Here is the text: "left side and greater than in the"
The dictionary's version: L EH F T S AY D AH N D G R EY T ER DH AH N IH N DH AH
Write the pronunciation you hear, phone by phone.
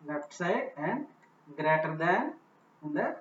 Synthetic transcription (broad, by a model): L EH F T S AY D AH N D G R EY T ER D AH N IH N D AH